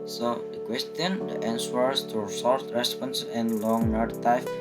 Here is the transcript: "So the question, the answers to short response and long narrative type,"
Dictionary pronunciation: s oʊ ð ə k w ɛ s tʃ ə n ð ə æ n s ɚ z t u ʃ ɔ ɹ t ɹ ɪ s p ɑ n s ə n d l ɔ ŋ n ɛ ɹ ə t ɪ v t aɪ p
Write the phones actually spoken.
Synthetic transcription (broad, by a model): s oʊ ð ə k w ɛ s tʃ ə n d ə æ n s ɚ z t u s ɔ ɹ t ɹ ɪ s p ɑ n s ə n l ɔ ŋ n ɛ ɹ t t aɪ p